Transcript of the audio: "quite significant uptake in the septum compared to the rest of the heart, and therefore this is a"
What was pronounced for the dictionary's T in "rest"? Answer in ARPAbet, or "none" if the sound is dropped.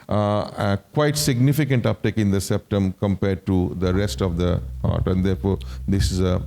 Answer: T